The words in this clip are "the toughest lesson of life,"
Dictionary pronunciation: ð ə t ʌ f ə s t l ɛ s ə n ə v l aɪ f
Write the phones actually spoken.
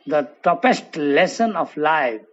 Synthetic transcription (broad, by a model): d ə t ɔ p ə s t l ɛ s ə n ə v l aɪ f